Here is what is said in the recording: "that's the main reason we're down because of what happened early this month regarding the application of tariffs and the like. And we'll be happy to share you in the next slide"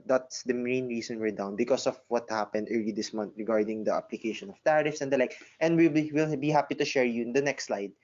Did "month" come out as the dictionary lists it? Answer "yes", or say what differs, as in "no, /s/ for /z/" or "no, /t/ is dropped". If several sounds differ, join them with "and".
no, /t/ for /θ/